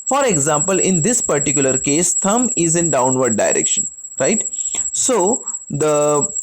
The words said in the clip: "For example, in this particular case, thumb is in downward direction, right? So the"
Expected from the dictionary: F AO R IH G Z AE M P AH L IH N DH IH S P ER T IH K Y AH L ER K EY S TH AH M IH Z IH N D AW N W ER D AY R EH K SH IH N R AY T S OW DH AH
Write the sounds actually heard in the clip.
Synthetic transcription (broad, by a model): F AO R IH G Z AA M P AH L IH N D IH S P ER T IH K Y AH L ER K EY S T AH M IH Z IH N D AW N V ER D AY R EH K SH IH N R AY T S OW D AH